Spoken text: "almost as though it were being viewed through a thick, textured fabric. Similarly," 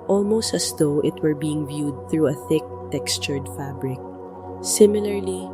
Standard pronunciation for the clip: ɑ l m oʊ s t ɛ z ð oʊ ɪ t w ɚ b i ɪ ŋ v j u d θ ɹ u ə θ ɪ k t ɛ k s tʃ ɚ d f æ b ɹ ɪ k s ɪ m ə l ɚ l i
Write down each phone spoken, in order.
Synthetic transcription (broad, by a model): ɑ l m oʊ s t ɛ s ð oʊ ɪ t w ɚ b i ɪ ŋ v j u d θ ɹ u ə θ ɪ k t ɛ k s tʃ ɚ d f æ b ɹ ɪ k s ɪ m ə l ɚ l i